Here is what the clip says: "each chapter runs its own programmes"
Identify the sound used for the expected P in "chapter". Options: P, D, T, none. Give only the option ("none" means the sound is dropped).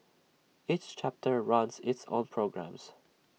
P